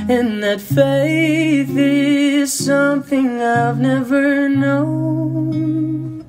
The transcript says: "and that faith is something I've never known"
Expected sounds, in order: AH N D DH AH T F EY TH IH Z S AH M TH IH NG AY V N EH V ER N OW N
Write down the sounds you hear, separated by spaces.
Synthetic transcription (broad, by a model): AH N DH AH T F EY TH IH Z S AH M TH IH NG AY V N EH V ER N OW N